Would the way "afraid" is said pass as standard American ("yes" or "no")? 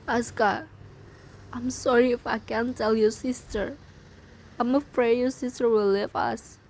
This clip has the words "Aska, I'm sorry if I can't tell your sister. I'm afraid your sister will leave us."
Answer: yes